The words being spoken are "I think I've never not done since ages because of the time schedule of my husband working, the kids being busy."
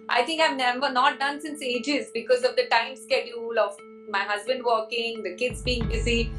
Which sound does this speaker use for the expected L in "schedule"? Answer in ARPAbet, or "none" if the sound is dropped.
L